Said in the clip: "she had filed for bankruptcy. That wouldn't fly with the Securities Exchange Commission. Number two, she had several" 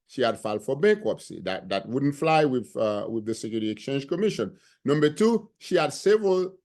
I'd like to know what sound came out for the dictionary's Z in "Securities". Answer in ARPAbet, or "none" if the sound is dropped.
none